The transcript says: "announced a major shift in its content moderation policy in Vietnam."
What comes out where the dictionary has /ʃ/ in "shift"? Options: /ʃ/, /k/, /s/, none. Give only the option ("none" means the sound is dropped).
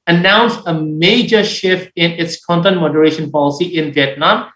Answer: /ʃ/